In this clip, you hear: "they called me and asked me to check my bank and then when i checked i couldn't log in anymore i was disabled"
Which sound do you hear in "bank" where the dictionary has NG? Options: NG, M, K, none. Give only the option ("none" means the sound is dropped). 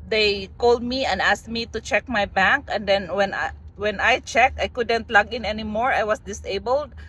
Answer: NG